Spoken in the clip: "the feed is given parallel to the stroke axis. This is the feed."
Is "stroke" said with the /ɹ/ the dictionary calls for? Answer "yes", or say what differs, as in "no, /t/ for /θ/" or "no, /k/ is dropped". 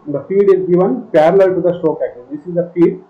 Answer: no, /ɹ/ is dropped